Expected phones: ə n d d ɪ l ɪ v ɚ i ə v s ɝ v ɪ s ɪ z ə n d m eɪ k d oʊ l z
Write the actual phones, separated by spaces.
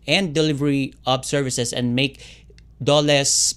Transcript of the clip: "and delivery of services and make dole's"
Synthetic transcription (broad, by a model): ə n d d ɪ l ɪ v ɚ i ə b s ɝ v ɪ s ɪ s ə n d m eɪ k d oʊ l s